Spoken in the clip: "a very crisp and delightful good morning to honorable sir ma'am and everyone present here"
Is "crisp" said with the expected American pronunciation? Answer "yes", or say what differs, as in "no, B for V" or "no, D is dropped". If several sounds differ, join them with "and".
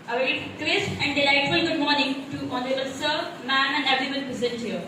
no, P is dropped